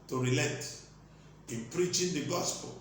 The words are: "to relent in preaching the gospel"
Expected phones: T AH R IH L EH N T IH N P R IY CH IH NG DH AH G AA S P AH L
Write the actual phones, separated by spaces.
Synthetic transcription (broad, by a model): T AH R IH L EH T IH N P R IY CH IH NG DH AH G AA S P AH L